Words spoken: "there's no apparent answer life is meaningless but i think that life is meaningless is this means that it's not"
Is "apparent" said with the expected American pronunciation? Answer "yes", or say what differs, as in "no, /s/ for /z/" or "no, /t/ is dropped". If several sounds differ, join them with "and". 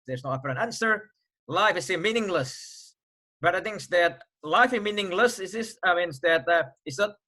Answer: no, /f/ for /p/ and /t/ is dropped